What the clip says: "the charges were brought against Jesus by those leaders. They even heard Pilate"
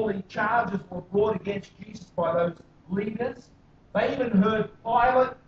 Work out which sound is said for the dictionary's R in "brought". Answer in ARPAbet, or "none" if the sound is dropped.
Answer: R